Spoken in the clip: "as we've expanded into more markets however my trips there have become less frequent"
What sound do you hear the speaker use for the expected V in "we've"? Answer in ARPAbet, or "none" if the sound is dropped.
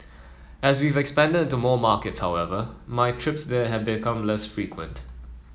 V